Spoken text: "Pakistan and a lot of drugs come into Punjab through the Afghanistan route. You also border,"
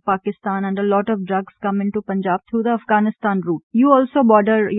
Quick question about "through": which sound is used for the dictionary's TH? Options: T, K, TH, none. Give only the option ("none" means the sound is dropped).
T